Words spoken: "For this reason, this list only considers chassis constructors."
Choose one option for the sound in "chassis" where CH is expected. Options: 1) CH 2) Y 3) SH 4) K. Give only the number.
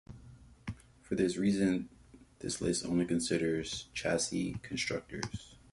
1